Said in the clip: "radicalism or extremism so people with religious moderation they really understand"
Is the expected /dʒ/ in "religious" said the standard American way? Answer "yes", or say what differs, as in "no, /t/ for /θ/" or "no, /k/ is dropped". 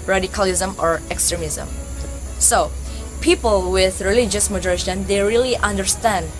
yes